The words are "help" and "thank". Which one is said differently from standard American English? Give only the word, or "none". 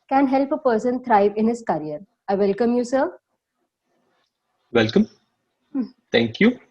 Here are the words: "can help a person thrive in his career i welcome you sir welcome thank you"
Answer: thank